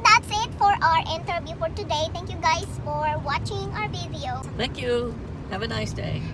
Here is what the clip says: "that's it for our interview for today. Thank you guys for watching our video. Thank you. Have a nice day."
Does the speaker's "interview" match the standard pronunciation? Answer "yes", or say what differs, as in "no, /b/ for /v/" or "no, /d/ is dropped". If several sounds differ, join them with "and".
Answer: no, /b/ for /v/